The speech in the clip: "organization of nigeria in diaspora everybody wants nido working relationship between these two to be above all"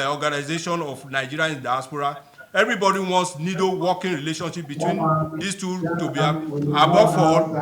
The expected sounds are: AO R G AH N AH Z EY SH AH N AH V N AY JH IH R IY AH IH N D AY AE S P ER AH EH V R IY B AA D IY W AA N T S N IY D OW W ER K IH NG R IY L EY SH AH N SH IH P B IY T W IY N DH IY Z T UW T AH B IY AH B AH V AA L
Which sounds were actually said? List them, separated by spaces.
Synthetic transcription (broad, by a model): AO G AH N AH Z EY SH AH N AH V N AY JH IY R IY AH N D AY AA S P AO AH EH V R IY B AA D IY W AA N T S N IY D OW W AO K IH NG R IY L EY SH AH N SH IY P B IY T W IY N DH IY S T UW T AH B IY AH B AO F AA